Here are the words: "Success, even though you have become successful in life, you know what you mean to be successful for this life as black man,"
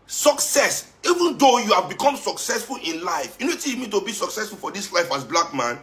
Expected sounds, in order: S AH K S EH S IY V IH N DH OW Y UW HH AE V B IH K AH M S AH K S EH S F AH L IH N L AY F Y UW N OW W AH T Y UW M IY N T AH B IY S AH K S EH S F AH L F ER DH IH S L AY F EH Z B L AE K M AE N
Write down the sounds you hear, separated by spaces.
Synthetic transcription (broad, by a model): S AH K S EH S IY V IH N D OW Y UW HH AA V B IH K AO M S AH K S EH S F AH L IH N L AY F Y UW N OW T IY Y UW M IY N T AH B IY S AH K S EH S F AH L F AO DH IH S L AY F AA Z B L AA K M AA N